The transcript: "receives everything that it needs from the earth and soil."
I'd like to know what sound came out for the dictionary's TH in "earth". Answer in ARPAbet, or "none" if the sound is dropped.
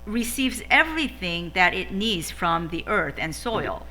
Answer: TH